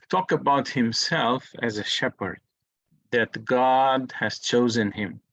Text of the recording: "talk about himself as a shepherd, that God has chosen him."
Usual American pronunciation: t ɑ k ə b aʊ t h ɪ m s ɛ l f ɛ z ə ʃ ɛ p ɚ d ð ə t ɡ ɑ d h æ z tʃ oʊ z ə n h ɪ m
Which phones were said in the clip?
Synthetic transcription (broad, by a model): t ɑ k ə b aʊ t h ɪ m s ɛ l f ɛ z ə ʃ ɛ p ɚ d ð ə t ɡ ɑ d h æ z tʃ oʊ z ə n h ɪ m